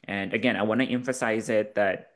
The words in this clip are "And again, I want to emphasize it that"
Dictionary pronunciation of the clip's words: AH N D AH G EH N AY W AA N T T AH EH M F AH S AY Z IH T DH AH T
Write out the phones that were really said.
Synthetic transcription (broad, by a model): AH N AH G EH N AY W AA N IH T EH M F AH S AY Z IH T DH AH T